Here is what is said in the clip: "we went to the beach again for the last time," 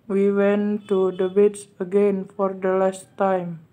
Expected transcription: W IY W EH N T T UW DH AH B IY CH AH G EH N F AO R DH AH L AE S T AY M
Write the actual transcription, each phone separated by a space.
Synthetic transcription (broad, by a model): W IY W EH N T T UW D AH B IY S AH G EH N F AO R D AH L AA S T AY M